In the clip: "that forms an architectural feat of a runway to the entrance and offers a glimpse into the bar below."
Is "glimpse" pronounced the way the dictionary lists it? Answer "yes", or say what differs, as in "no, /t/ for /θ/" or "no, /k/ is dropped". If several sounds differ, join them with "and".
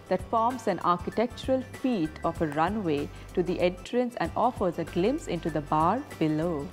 no, /p/ is dropped